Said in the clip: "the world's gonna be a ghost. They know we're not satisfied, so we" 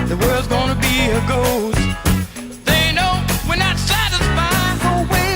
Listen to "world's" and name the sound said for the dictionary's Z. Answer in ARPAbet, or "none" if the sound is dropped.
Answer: Z